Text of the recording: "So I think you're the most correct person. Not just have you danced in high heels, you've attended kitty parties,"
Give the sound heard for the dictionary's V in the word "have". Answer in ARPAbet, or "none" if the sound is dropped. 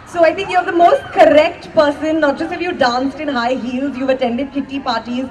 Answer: F